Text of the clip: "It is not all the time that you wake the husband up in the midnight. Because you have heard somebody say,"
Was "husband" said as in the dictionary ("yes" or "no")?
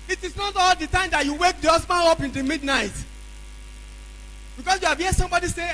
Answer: no